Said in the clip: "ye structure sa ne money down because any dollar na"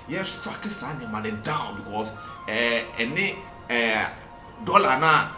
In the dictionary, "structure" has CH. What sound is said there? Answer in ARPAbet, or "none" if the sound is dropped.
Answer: none